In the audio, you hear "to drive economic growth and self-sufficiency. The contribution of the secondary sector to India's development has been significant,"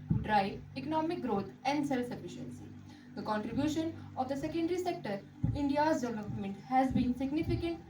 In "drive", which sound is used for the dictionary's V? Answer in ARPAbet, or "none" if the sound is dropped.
none